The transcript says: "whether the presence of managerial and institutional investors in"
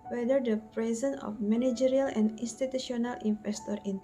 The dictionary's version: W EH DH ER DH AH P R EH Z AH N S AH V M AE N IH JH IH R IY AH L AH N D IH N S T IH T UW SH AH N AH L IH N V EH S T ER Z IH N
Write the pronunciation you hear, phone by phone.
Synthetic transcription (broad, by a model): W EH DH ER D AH P R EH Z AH N AH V M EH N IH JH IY R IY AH L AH N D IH N S T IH T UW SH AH N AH L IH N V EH S T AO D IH N